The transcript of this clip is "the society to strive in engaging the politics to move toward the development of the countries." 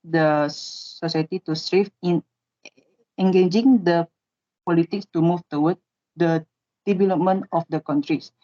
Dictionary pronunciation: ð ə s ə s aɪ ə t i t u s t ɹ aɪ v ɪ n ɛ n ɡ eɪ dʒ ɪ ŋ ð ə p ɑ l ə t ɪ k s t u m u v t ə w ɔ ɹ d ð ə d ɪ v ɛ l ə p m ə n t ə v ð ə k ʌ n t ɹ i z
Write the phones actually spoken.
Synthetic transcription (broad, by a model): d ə s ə s aɪ t i t u s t ɹ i f ɪ n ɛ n ɡ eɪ dʒ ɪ ŋ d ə p ɑ l ə t ɪ k s t u m u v t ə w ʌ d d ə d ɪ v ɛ l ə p m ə n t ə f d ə k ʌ n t ɹ i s